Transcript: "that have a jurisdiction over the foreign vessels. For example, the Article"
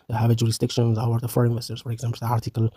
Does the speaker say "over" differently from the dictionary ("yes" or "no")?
yes